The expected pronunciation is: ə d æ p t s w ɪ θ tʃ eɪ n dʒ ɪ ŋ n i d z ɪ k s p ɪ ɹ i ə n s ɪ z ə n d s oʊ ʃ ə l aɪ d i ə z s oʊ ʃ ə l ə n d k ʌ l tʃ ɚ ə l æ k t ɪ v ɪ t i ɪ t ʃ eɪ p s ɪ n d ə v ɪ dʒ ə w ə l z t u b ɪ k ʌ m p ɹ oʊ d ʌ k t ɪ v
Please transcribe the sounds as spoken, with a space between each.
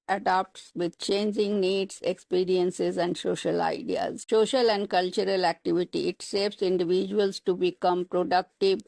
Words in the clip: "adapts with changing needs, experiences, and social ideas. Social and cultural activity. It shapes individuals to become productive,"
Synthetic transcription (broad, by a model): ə d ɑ p t s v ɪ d tʃ eɪ n dʒ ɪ ŋ n i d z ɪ k s p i ɹ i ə n s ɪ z ə n d s oʊ ʃ ə l aɪ d i ə z s oʊ ʃ ə l ə n d k ʌ l tʃ ɚ ə l æ k t ɪ v ɪ t i ɪ t s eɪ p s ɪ n d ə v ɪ dʒ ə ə l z t u b ɪ k ʌ m p ɹ oʊ d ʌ k t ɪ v